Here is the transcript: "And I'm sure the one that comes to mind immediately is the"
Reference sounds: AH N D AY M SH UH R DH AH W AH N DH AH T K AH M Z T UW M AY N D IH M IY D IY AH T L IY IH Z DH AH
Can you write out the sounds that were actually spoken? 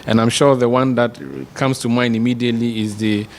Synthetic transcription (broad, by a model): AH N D AY M SH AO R DH AH W AH N DH AH T K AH M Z T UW M AY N IH M IY D IY AH T L IY IH Z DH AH